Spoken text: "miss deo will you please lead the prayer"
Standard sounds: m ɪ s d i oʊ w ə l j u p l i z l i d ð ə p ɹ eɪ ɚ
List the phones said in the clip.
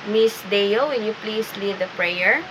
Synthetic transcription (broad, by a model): m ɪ s d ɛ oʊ w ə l j u p l i s l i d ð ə p ɹ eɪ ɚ